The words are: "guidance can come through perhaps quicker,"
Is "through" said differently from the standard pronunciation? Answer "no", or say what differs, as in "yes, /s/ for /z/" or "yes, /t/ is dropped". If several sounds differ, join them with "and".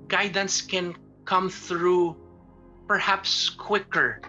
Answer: no